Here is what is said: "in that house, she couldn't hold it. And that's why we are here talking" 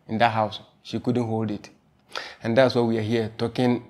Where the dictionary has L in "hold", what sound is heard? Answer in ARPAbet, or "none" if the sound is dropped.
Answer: L